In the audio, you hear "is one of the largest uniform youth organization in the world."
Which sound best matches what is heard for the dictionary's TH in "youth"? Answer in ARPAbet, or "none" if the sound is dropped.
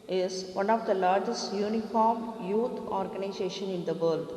T